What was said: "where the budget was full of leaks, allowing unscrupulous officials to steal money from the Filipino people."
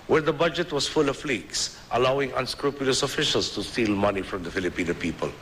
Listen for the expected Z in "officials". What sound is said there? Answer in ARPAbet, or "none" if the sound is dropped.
S